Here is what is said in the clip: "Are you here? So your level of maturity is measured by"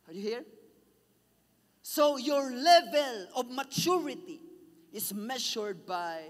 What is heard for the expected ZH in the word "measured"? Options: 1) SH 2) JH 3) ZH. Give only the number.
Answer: 1